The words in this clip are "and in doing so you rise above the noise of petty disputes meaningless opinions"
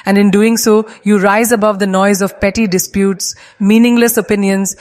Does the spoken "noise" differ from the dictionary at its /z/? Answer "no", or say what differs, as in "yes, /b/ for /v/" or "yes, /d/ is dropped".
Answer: no